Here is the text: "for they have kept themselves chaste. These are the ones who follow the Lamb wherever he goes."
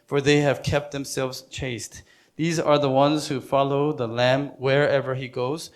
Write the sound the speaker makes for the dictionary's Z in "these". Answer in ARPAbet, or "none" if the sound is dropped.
Z